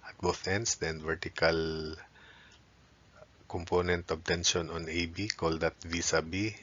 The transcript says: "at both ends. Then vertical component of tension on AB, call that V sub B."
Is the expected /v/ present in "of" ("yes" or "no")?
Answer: no